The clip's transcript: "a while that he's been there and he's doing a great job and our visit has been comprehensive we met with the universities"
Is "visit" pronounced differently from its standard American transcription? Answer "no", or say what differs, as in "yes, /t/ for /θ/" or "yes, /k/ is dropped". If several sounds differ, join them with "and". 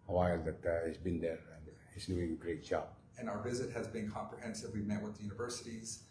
no